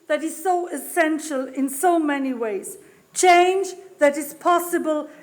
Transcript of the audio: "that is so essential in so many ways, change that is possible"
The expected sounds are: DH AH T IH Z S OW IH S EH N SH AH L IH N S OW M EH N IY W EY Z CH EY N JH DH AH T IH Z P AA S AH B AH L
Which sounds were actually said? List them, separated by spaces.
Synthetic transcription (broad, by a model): DH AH T IH Z S OW IH S EH N SH AH L IH N S OW M EH N IY W EY Z CH EY N JH DH AH T IH Z P AA S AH B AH L